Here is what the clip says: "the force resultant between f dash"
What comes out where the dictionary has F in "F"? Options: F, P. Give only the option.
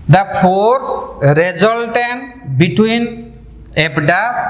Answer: P